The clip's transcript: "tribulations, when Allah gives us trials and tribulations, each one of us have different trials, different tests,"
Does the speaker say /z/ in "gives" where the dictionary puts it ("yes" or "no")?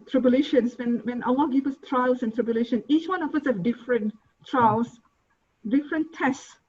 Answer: no